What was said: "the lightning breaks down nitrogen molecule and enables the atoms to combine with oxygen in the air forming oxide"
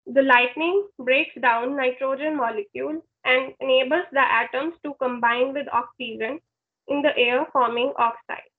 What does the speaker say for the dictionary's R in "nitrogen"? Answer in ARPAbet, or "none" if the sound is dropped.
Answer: R